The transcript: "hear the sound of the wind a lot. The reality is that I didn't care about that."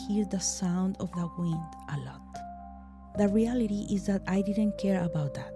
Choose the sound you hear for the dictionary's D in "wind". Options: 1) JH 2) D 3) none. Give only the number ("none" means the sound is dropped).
2